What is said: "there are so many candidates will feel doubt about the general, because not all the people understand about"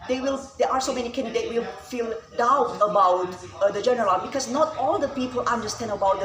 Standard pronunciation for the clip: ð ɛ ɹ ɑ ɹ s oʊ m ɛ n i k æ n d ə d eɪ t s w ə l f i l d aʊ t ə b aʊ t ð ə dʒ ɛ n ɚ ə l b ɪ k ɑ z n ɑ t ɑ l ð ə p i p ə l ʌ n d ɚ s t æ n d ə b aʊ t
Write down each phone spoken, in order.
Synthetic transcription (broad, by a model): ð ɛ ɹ ɑ ɹ s oʊ m ɛ n i k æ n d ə d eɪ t w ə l f i l d aʊ t ə b aʊ t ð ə dʒ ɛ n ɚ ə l b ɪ k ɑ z n ɑ t ɑ l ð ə p i p ə l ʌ n d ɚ s t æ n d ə b aʊ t